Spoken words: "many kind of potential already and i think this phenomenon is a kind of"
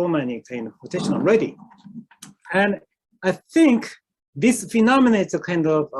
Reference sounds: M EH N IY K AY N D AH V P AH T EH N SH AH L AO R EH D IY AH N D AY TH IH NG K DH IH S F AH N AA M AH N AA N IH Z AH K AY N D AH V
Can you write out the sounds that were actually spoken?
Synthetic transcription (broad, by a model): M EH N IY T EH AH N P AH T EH SH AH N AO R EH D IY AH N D AY TH IH NG K DH IH S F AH N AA M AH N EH IH S AH K AY N D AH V